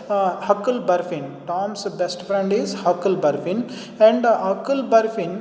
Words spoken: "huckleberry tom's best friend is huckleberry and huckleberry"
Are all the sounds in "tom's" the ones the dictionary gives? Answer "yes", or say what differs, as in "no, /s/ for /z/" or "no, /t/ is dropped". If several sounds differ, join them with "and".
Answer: no, /s/ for /z/